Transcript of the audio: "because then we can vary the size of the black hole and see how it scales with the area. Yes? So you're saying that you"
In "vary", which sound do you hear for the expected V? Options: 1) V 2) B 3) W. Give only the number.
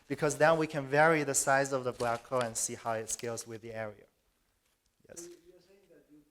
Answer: 1